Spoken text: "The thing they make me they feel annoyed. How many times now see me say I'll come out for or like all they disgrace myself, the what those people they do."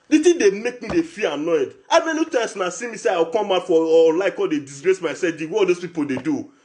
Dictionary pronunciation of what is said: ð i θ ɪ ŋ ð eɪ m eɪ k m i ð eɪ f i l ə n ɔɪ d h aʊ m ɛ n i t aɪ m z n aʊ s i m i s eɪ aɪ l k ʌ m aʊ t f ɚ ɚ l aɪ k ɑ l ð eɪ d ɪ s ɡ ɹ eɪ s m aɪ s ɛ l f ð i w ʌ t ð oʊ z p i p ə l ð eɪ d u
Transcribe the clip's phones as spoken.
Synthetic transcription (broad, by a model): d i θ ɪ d eɪ m eɪ k m i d eɪ f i ə n ɔɪ d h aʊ m ɛ n i t aɪ m s n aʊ s i m i s eɪ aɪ w k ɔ m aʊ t f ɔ l aɪ k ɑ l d eɪ d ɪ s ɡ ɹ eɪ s m aɪ s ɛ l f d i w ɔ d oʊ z p i p ə l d eɪ d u